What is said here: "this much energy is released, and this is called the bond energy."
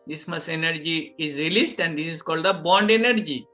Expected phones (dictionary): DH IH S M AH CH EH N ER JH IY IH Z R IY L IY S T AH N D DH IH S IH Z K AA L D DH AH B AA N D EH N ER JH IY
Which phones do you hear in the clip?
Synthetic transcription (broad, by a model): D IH S M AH S EH N ER JH IY IH Z R IY L IY S T AH N D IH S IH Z K AA L D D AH B AA N D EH N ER JH IY